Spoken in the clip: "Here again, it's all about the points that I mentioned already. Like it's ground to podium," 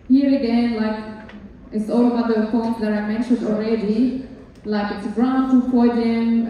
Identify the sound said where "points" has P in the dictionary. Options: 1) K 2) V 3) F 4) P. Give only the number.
3